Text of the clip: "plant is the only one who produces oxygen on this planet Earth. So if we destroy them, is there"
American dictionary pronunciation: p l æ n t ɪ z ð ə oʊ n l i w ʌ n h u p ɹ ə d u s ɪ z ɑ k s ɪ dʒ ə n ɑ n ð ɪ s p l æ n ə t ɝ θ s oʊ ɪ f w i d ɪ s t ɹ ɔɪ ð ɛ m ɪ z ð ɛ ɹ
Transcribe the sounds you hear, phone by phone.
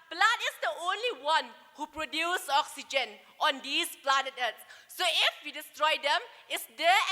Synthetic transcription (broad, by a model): p l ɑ n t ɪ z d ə oʊ n l i w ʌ n h u p ɹ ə d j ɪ s ɑ k s ɪ dʒ ə n ɑ n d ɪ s p l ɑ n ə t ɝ t s oʊ ɪ f w i d ɪ s t ɹ ɔɪ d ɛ m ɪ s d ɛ